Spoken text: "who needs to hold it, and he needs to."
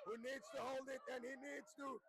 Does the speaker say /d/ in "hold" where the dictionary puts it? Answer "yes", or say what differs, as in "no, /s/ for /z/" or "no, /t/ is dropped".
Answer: yes